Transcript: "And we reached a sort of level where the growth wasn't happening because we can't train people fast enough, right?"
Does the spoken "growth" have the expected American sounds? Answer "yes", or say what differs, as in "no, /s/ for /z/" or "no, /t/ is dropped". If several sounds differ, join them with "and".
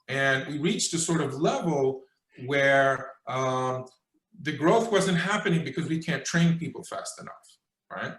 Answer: yes